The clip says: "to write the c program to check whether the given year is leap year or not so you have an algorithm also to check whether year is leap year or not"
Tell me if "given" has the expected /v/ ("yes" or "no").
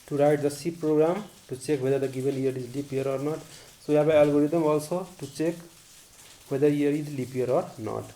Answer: no